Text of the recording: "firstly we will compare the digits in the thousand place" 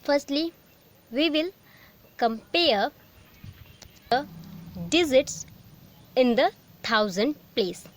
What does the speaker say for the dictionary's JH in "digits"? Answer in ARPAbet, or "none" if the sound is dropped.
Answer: Z